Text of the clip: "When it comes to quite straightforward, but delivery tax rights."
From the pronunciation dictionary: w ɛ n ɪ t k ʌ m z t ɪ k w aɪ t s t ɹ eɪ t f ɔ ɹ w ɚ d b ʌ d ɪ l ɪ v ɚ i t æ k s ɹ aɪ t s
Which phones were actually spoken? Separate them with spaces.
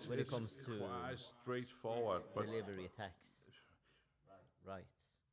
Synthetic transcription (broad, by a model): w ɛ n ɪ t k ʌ m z t ɪ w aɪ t s t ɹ eɪ t f ɔ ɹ w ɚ d b ʌ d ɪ l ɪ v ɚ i t æ k s ɹ aɪ t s